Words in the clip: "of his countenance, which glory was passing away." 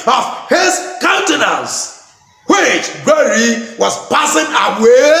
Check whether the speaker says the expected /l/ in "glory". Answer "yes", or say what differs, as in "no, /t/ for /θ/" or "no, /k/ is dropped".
no, /l/ is dropped